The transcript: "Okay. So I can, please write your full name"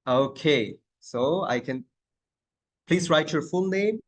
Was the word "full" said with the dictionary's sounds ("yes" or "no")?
no